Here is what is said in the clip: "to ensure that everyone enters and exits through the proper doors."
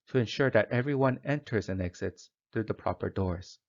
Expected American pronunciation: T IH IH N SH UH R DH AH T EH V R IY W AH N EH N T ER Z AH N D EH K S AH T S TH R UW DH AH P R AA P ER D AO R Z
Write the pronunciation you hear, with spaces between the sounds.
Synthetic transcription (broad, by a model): T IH IH N SH UH R DH AH T EH V R IY W AH N EH N T ER Z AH N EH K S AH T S TH R UW DH AH P R AA P ER D AO R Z